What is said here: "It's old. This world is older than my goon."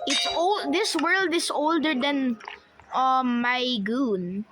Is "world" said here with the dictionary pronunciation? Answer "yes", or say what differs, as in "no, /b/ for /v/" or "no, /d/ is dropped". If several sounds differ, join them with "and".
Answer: yes